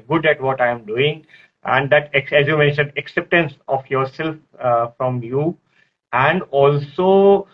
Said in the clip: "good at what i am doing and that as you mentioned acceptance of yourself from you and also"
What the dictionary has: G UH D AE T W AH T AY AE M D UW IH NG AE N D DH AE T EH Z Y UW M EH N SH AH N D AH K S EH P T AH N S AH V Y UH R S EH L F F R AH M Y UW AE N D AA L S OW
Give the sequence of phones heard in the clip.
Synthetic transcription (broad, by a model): G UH D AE T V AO T AY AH M D UW IH NG AE N D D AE T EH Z Y UW M EH N SH AH N D AH K S EH P T AH N S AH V Y UH R S EH L F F R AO M Y UW AE N D AA L S OW